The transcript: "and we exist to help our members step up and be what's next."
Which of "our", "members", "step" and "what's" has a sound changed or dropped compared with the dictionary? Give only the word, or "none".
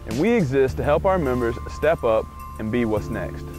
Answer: none